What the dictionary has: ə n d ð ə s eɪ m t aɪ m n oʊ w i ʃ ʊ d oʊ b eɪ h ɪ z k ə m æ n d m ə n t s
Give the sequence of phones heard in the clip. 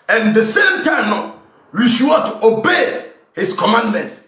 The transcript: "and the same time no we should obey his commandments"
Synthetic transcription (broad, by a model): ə n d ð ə s eɪ m t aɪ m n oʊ w i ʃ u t oʊ b eɪ h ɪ s k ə m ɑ n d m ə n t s